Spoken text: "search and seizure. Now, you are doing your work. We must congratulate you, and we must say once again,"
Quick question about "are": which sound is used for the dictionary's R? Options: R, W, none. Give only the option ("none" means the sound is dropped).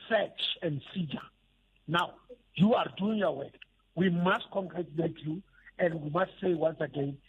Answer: R